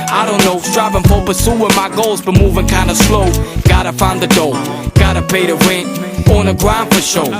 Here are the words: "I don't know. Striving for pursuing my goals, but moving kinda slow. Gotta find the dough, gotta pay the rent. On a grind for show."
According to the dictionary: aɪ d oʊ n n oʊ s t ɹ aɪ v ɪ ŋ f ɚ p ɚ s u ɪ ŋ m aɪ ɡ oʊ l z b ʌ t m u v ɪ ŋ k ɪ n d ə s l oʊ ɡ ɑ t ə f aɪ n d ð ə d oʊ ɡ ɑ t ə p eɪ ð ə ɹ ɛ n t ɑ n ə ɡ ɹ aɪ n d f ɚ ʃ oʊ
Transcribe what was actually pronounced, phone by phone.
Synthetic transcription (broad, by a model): aɪ d oʊ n n oʊ s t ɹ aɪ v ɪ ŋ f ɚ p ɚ s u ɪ m aɪ ɡ oʊ l z b ʌ t m u v ɪ ŋ k ɪ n d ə s l oʊ ɡ ɑ t ə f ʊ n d ð ə d oʊ ɡ ɑ t ə p eɪ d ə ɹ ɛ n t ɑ n ə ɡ ɹ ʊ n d f ɚ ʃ oʊ